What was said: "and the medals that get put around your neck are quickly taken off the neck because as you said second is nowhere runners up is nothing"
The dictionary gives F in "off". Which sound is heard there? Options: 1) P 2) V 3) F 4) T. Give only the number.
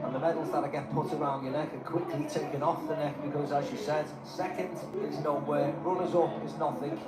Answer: 3